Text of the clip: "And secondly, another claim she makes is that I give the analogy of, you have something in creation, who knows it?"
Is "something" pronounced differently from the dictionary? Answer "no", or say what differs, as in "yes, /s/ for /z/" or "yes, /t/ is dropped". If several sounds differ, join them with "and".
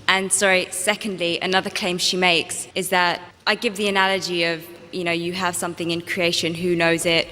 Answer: no